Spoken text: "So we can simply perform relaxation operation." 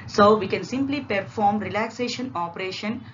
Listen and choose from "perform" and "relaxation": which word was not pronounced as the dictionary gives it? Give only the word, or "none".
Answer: none